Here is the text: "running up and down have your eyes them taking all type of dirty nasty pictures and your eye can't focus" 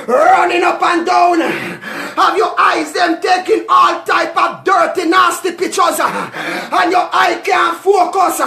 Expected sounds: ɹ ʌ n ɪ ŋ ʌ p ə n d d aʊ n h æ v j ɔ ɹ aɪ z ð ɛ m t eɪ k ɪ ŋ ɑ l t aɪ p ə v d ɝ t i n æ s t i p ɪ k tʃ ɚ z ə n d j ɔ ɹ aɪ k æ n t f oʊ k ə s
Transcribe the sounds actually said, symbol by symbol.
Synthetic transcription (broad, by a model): ɹ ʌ n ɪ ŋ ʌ p ə n d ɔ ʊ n h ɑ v j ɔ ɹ aɪ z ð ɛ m t eɪ k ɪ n ɑ l t aɪ p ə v d ɝ t i n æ s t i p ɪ tʃ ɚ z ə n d j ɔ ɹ aɪ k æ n f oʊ k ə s